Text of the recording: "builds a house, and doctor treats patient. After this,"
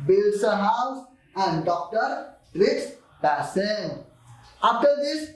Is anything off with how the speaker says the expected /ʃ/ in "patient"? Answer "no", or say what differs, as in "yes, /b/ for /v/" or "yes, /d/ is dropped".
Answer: yes, /s/ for /ʃ/